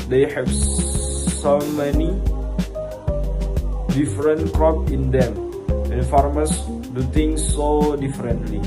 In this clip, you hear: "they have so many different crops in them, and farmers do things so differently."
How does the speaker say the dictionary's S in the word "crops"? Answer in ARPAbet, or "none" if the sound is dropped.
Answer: none